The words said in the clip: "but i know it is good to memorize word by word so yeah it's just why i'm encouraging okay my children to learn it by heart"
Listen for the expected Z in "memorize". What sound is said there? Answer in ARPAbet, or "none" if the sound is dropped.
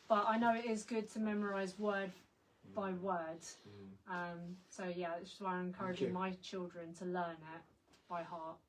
Z